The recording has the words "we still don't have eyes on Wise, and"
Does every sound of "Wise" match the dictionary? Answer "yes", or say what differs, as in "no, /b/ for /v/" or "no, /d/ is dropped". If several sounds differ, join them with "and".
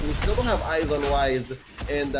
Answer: yes